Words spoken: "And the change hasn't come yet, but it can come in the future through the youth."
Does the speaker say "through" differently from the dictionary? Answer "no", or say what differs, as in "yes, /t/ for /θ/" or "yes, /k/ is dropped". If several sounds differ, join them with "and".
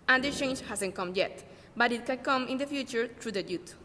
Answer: yes, /t/ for /θ/